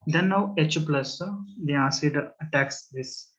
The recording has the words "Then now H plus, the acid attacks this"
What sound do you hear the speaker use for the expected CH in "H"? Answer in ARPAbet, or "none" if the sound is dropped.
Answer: CH